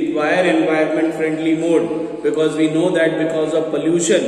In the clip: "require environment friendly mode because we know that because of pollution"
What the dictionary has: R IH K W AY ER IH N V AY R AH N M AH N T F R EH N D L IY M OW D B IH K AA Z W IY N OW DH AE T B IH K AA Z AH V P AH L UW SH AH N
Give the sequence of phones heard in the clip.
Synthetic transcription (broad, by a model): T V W AY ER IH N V AY AH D M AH N T F R EH N D L IY M OW D B IH K AA Z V IY N OW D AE T B IH K AA Z AH V P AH L UW SH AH N